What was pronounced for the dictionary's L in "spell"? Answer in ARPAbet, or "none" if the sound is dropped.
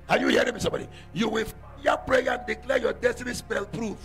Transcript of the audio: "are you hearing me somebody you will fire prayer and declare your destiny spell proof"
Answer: L